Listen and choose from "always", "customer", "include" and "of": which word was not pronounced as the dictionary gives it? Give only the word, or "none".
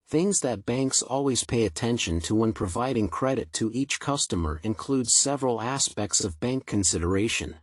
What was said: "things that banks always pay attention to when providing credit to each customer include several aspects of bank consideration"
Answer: none